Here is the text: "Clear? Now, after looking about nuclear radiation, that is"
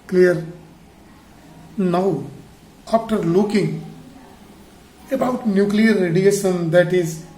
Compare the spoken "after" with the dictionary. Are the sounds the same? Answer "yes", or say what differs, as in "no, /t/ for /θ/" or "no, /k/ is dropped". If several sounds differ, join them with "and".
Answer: no, /p/ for /f/